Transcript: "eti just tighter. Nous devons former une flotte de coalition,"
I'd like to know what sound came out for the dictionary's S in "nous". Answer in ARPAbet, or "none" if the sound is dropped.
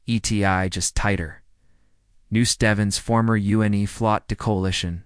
S